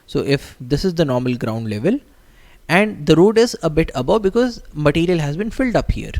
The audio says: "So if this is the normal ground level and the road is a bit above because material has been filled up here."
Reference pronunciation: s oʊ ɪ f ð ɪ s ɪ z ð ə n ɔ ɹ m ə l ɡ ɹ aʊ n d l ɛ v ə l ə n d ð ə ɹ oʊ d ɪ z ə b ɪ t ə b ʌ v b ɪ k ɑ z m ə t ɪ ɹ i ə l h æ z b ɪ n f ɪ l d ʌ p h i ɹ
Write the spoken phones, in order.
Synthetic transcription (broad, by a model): s oʊ ɪ f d ɪ s ɪ z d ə n ɔ ɹ m ə l ɡ ɹ aʊ n d l ɛ v ə l ə n d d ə ɹ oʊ d ɪ z ə b ɪ t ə b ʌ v b ɪ k ɑ z m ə t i ɹ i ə l h æ z b ɪ n f ɪ l d ʌ p h i ɹ